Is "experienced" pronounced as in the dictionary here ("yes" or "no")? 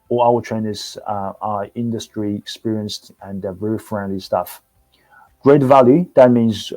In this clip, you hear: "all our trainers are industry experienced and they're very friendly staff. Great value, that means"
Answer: yes